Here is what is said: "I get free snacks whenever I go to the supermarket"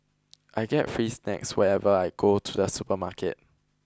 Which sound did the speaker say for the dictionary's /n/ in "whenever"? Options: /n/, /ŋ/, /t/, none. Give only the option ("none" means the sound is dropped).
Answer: none